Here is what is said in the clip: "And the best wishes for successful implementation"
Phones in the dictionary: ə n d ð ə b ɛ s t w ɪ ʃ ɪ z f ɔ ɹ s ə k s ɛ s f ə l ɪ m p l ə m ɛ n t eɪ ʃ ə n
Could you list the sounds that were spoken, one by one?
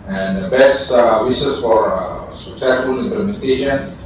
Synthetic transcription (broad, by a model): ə n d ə b ɛ s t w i s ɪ s f ɔ ɹ s ə k s ɛ s f ə l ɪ m p l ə m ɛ n t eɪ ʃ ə n